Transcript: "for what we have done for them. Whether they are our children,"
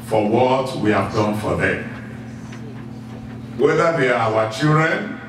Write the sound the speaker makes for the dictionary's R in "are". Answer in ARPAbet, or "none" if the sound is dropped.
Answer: W